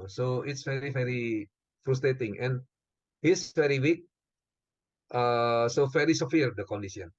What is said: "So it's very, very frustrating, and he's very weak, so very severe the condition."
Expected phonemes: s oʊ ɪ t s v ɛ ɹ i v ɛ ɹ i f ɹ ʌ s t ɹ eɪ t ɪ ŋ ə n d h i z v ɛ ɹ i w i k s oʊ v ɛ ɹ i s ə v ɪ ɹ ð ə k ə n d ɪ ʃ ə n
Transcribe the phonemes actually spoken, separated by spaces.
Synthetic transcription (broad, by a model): s oʊ ɪ t s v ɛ ɹ i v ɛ ɹ i f ɹ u s t ɹ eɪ t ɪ ŋ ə n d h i s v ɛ ɹ i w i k s oʊ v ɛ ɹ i s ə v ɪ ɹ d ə k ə n d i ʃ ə n